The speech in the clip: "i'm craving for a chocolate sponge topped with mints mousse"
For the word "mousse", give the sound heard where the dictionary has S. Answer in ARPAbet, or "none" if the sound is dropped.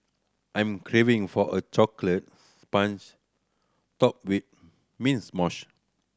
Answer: SH